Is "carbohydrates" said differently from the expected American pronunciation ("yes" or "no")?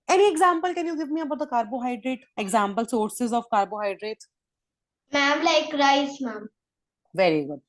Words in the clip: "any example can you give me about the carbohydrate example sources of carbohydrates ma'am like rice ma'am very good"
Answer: yes